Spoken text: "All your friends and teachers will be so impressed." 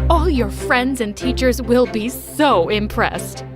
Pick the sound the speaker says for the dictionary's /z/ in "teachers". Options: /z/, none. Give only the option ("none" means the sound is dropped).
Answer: /z/